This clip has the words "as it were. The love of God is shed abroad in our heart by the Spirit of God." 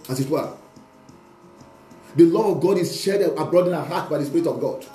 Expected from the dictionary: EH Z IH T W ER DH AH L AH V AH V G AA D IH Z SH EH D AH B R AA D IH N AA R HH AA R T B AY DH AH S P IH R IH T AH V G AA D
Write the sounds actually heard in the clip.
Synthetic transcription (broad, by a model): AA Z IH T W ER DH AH L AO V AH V G AA D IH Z SH EH D AH B R AA D IH N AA HH AA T B AY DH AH S P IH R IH T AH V G AA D